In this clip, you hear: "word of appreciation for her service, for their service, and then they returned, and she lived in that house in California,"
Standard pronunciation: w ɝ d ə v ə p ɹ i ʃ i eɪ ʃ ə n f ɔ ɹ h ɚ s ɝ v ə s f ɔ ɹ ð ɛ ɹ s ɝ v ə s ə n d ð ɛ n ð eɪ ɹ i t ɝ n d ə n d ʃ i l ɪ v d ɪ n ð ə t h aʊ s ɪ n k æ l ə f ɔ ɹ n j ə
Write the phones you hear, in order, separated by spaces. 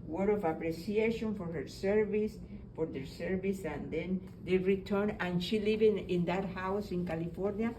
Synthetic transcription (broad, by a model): w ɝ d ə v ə p ɹ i s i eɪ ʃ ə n f ɔ ɹ h ɚ s ɝ v ə s f ɔ ɹ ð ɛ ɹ s ɝ v ə s ə n d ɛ n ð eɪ ɹ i t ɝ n ə n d ʃ i l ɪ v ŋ ɪ n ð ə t h aʊ s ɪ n k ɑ l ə f ɔ ɹ n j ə